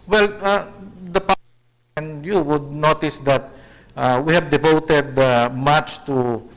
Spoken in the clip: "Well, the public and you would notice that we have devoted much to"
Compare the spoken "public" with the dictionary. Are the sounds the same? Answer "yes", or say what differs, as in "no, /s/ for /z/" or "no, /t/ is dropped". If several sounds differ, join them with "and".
no, /k/ is dropped